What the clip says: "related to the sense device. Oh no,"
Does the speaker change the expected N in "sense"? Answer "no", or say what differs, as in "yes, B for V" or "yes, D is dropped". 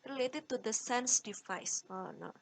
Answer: no